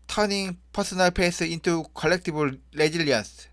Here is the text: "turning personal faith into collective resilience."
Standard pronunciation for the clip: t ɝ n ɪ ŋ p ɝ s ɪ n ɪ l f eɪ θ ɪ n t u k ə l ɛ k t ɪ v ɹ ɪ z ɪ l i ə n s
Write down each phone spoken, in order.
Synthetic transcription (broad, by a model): t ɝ n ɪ ŋ p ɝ s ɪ n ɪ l p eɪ s ɪ n t u k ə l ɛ k t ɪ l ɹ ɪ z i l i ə n s